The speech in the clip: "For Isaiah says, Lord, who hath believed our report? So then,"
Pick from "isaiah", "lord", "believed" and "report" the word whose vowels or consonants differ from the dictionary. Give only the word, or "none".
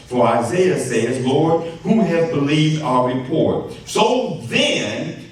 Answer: none